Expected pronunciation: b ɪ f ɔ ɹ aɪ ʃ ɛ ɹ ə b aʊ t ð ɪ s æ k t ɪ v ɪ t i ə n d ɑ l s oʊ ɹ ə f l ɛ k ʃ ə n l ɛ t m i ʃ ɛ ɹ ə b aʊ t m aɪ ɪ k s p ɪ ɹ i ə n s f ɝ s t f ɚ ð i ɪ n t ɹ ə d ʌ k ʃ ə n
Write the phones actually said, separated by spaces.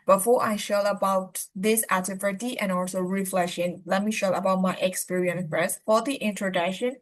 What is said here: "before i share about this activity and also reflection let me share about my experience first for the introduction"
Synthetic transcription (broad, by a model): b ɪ f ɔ ɹ aɪ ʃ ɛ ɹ ə b aʊ t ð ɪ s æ t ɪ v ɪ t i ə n ɑ l s oʊ ɹ ə f l ɛ k ʃ ə n l ɛ t m i ʃ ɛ ə b aʊ t m aɪ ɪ k s p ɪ ɹ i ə n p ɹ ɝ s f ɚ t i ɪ n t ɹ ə d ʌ k ʃ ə n